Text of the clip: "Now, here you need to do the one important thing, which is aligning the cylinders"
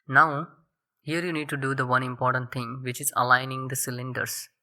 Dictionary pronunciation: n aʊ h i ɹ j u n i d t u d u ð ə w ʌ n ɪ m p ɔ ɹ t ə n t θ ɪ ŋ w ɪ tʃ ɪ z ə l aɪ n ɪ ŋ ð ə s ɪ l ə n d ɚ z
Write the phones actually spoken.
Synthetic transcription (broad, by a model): n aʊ h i ɹ j u n i d t u d u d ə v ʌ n ɪ m p ɔ ɹ t ə n t t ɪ ŋ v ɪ tʃ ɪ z ə l aɪ n ɪ ŋ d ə s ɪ l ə n d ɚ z